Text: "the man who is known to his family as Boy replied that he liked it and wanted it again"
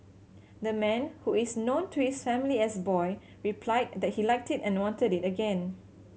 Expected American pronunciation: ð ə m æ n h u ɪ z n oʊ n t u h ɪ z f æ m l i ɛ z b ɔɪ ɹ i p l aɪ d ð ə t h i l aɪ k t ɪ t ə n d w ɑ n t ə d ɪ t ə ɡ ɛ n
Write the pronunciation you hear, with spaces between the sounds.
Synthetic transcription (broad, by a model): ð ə m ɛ n h u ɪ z n oʊ n t u h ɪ s f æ m l i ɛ s b ɔɪ ɹ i p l aɪ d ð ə t h i l aɪ k t ɪ t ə n w ɑ n t ə d ɪ t ə ɡ ɛ n